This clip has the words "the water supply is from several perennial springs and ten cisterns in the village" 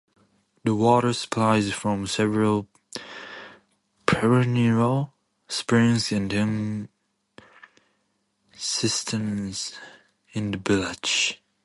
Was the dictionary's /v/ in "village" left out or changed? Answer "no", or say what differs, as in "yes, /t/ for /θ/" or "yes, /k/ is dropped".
yes, /b/ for /v/